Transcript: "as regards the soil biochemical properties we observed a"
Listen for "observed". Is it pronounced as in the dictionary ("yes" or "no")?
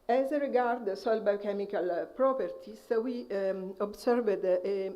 no